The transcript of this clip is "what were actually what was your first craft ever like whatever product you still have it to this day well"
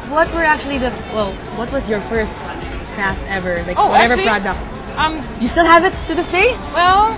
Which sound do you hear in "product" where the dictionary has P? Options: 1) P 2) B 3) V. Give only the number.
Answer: 2